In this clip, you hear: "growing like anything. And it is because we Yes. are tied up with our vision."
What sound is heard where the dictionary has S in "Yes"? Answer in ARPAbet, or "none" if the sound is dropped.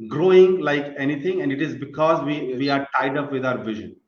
none